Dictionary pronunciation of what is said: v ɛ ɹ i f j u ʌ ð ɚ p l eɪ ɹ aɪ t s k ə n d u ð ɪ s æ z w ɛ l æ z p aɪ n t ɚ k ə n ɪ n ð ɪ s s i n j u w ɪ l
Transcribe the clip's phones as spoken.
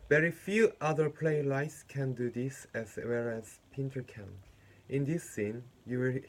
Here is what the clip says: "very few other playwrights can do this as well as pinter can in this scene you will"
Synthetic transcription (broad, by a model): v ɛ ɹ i f j u ʌ ð ɚ p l eɪ l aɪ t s k ə n d u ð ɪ s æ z w ɛ l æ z p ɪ n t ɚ k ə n ɪ n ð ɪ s s i n j u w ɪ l